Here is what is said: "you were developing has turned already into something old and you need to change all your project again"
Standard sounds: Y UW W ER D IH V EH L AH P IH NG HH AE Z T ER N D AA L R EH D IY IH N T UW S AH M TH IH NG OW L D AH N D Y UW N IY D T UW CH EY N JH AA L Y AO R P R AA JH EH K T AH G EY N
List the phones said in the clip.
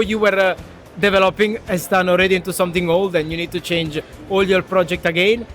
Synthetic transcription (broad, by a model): Y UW W ER D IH V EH L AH P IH NG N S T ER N AA L R EH D IY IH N T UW S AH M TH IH NG OW L D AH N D Y UW N IY D T UW CH EY N JH AA L Y AO R P R AA JH EH K T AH G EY N